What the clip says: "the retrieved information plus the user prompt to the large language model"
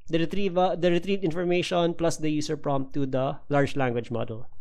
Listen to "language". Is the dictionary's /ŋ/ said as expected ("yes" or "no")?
yes